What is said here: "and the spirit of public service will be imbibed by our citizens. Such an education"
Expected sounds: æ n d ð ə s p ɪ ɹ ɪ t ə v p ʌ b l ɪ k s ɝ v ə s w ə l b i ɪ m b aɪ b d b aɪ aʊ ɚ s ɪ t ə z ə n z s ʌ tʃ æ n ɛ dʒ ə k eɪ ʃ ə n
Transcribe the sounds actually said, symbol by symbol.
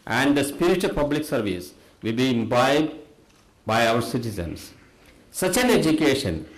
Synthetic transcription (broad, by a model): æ n d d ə s p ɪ ɹ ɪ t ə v p ʌ b l ɪ k s ɝ v ə s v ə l b i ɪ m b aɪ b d b aɪ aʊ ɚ s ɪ t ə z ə n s s ʌ tʃ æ n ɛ dʒ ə k eɪ ʃ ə n